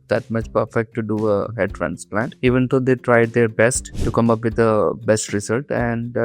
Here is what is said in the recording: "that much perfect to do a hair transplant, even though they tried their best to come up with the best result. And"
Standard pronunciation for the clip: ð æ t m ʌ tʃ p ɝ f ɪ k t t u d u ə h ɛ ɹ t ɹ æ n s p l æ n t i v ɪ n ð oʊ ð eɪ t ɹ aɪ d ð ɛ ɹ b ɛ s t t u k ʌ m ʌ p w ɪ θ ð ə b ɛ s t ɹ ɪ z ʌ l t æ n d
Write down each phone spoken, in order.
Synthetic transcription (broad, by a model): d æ t m ʌ tʃ p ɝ f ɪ k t t u d u ə h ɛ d t ɹ æ n s p l æ n t i v ɪ n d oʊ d eɪ t ɹ aɪ d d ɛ ɹ b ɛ s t t u k ʌ m ʌ p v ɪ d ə b ɛ s t ɹ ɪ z ʌ l t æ n d